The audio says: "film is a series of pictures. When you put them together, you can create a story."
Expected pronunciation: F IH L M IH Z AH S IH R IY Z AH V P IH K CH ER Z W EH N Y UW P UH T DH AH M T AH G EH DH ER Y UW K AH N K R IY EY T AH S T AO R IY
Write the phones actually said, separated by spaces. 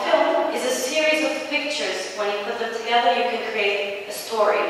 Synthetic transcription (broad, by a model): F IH L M IH Z AH S IH R IY Z AH V P IH K CH ER Z W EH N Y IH P UH T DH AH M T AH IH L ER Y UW K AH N K R IY EY T AH S T AO R IY